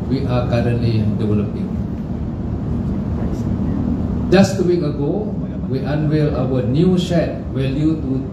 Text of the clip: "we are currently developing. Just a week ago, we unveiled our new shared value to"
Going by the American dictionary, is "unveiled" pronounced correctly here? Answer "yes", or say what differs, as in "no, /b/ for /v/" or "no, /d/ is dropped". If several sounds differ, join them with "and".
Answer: no, /w/ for /v/ and /d/ is dropped